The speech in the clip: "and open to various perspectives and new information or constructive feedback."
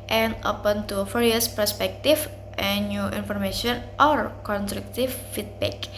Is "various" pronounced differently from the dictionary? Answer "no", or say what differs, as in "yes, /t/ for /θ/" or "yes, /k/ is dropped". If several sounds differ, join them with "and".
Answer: yes, /f/ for /v/